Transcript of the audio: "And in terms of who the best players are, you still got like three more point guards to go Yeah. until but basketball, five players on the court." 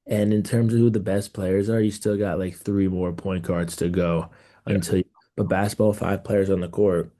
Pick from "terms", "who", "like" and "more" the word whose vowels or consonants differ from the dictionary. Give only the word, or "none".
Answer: none